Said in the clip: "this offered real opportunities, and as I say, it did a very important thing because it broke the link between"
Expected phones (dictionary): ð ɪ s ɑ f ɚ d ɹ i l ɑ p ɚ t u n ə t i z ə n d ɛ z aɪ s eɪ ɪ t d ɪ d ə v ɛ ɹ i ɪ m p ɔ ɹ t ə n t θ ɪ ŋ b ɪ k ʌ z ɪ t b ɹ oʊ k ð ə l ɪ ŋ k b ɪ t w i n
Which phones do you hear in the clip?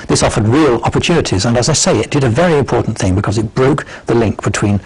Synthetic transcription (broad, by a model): ð ɪ s ɑ f ɚ d ɹ i l ɑ p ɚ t u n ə t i z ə n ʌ z aɪ s eɪ ɪ t d ɪ d ə v ɛ ɹ i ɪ m p ɔ ɹ t n θ ɪ ŋ b ɪ k ʌ z ɪ t b ɹ oʊ k ð ə l ɪ ŋ k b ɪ t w i n